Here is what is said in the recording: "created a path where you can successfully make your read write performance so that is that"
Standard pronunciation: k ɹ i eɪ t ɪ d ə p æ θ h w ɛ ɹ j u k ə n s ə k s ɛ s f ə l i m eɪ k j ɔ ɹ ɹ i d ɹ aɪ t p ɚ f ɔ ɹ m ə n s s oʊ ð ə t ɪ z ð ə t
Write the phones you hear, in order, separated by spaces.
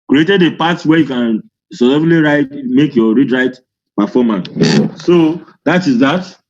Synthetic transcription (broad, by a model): k ɹ i eɪ t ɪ d ə p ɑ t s w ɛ j u k ə n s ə s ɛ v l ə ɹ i m eɪ k j ɔ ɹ ɹ i d ɹ aɪ t p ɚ f ɔ m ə n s s oʊ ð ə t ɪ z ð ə t